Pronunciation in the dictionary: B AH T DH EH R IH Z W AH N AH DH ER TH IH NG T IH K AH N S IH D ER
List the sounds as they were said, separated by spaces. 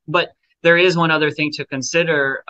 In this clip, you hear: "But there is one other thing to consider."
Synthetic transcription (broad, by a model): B AH T DH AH R IH Z W AH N AH DH ER TH IH NG T IH K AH N S IH D ER